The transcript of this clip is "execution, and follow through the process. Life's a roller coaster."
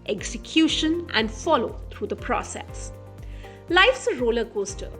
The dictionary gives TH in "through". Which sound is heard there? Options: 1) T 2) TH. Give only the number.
1